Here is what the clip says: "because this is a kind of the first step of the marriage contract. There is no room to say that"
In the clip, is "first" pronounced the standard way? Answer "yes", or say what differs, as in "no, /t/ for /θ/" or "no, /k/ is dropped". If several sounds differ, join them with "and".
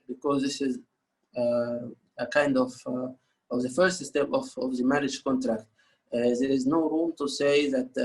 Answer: yes